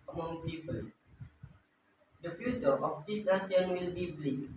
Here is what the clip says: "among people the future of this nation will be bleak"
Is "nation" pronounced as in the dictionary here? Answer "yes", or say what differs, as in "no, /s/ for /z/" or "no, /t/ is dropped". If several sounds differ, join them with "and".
no, /s/ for /ʃ/